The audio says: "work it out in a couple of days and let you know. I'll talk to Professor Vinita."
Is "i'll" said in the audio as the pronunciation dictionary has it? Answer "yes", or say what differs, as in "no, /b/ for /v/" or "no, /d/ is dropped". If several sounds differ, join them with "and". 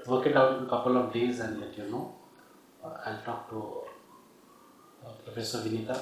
yes